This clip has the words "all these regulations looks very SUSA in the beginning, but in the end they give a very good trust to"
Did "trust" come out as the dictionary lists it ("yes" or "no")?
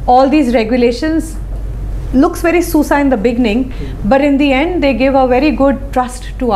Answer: yes